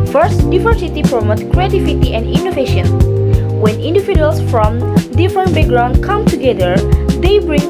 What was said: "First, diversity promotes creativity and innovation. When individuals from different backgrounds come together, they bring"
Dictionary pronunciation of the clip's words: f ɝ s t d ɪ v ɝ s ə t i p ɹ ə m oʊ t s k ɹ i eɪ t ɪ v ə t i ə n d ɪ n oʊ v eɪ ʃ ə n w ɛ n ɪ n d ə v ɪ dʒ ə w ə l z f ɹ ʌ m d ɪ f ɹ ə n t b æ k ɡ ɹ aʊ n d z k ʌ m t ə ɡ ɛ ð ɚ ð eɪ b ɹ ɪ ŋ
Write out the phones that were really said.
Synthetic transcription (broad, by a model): f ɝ s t d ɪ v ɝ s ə t i p ɹ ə m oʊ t k ɹ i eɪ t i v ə t i ə n d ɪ n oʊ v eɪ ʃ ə n w ɛ n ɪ n d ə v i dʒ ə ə l s f ɹ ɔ m d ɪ f ɹ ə n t b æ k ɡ ɹ aʊ n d k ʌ m t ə ɡ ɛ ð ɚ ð eɪ b ɹ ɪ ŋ